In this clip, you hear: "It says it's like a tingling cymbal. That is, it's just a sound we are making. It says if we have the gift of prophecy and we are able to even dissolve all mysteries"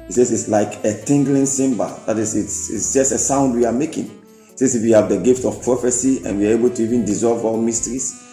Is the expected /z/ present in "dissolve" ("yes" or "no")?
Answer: yes